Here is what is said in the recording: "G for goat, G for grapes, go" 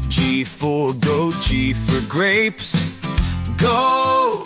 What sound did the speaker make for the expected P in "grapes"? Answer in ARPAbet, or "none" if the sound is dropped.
P